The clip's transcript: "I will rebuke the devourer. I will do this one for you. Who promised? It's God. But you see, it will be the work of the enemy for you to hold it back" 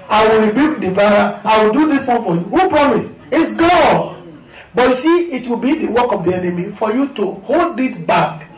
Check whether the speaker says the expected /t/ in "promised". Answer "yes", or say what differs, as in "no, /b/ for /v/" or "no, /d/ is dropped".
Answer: no, /t/ is dropped